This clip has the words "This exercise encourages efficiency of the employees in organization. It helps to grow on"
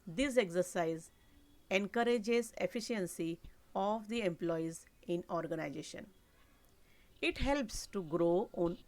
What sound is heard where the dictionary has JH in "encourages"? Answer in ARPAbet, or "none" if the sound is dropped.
JH